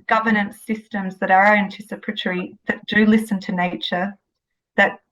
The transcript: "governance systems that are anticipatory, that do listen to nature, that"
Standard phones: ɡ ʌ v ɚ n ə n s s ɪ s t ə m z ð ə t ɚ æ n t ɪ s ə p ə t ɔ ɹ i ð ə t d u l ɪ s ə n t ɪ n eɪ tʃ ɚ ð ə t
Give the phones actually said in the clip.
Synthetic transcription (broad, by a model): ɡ ʌ v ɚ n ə n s s ɪ s t ə m z ð ə t ɚ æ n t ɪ s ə p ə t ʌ ɹ i ð ə t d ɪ l ɪ s ə n t ɪ n eɪ tʃ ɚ ð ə t